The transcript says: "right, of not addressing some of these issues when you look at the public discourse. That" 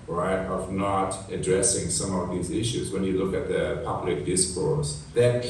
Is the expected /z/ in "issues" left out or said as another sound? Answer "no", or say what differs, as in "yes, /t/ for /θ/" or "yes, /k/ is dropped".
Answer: no